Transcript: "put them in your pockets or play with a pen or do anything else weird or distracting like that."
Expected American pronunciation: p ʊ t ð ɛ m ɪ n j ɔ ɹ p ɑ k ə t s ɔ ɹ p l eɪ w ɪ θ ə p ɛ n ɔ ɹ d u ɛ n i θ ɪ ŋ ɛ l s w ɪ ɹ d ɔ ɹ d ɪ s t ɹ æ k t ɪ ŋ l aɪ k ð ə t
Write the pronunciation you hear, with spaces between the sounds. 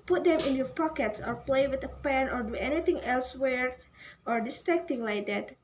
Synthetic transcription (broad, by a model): p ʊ t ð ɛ m ɪ n j ɔ ɹ p ɑ k ə t s ɔ ɹ p l eɪ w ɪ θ ə p ɛ n ɔ ɹ d u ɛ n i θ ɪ ŋ ɛ l s w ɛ ɹ ɔ ɹ d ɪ s t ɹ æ k t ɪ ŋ l aɪ k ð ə t